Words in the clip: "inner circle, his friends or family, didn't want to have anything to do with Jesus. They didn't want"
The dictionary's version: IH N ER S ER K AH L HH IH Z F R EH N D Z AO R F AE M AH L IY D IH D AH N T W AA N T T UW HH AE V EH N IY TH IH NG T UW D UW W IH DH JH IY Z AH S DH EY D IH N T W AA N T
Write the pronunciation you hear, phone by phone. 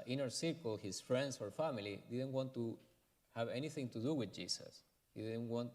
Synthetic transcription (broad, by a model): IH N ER S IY K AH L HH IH S F R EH N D S AO R F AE M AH L IY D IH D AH N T W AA N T T UW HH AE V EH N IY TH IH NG T UW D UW W IH DH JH IY S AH S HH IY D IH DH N W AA N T